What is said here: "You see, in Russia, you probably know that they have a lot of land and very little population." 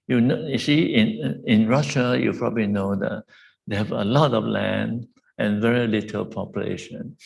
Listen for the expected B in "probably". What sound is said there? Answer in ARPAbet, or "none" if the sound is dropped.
B